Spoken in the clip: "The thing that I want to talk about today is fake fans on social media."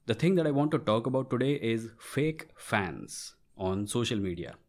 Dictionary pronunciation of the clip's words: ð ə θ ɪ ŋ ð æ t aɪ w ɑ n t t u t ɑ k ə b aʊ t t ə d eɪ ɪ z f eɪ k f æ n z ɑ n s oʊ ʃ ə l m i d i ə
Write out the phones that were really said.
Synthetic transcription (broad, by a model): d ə t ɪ ŋ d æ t aɪ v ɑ n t t u t ɑ k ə b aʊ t t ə d eɪ ɪ z f eɪ k f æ n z ɑ n s oʊ ʃ ə l m i d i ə